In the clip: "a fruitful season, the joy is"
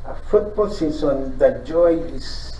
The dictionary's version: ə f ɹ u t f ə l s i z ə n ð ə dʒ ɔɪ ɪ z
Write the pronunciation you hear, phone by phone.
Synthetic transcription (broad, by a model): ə f u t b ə l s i s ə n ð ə dʒ ɔɪ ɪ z